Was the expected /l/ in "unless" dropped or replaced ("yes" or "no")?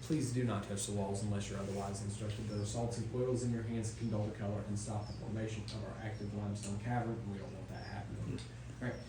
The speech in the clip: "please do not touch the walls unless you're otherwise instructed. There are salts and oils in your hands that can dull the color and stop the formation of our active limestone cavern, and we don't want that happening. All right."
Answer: no